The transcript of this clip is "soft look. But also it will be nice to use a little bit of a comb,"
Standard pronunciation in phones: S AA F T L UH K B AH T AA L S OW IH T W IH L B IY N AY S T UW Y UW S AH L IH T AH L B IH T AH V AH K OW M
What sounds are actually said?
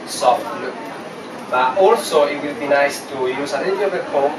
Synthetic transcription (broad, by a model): S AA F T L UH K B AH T AA L S OW IH T W IH L B IY N AY S T UW Y UW S AH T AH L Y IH AH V AH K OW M